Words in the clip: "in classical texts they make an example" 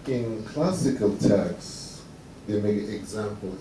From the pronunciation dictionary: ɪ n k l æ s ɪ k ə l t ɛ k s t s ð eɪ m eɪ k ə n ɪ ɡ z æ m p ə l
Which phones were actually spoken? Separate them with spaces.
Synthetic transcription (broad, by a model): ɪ n k l æ s ɪ k ə l t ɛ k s s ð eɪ m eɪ ə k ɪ ɡ z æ m p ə l